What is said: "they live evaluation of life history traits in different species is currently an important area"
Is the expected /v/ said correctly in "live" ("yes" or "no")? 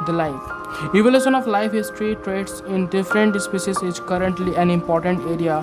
no